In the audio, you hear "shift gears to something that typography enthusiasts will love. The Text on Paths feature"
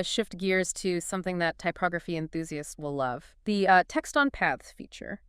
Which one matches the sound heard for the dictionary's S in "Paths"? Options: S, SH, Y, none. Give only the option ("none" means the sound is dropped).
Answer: none